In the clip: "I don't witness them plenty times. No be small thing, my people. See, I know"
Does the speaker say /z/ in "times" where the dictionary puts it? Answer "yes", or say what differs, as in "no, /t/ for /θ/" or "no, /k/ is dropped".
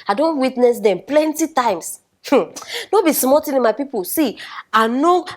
no, /s/ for /z/